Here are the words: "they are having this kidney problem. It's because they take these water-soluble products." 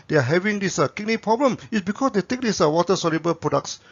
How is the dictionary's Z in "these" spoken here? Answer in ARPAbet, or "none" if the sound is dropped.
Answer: S